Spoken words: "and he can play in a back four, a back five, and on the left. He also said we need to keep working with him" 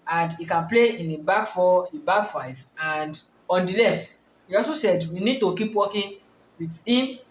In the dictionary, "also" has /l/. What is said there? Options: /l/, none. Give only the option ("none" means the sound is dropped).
none